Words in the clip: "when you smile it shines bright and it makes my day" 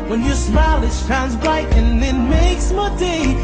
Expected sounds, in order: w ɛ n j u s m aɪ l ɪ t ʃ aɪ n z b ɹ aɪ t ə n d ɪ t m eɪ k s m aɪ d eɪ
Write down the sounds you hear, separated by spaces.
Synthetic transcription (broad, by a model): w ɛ n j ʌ s m aɪ l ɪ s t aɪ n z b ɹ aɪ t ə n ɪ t m eɪ k s m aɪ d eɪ